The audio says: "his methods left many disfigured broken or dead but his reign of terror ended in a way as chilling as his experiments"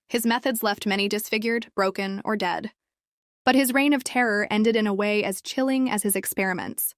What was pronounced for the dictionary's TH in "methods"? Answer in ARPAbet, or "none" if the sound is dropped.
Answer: TH